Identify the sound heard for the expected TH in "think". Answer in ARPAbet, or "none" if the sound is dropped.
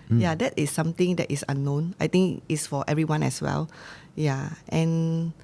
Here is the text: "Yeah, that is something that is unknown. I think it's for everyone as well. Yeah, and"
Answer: T